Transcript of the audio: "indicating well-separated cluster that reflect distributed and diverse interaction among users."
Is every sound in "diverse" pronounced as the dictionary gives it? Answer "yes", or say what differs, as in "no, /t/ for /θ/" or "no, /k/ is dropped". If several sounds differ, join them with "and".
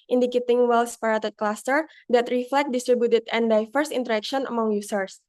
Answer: no, /f/ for /v/